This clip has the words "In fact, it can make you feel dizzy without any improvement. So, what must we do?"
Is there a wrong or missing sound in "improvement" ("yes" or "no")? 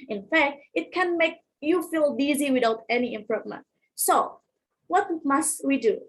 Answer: no